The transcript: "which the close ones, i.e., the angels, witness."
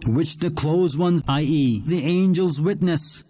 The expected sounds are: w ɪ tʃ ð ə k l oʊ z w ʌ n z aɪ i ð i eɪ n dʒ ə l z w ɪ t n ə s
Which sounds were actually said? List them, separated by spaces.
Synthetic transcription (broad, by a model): w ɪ tʃ ð ə k l oʊ z w ʌ n z aɪ i ð i eɪ n dʒ ə l z w ɪ t n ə s